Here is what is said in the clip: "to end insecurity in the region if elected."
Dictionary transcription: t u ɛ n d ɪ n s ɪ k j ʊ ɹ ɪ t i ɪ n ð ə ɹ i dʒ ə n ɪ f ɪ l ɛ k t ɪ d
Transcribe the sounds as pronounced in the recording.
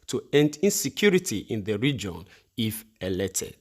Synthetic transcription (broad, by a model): t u ɛ n d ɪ n s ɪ k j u ɹ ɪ t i ɪ n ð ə ɹ i dʒ ə n ɪ f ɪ l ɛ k t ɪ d